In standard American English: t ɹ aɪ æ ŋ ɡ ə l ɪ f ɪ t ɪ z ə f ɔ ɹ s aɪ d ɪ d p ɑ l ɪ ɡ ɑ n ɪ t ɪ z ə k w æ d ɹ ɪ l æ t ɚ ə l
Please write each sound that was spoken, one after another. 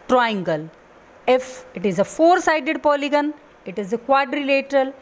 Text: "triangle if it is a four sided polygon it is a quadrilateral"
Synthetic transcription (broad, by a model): t ɹ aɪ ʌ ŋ ɡ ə l ɪ f ɪ t ɪ z ə f ɔ ɹ s aɪ d ɪ d p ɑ l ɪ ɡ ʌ n ɪ t ɪ z ə k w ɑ d ɹ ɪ l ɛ t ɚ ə l